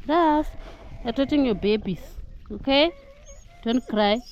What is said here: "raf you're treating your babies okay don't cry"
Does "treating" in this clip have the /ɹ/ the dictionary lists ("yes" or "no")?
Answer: no